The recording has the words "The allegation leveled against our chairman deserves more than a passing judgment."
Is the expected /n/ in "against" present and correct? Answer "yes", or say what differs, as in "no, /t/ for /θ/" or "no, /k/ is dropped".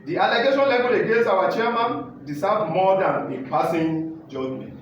no, /n/ is dropped